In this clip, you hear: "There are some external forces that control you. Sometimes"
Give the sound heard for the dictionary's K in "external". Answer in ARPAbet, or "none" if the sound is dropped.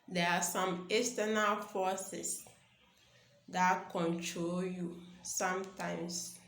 none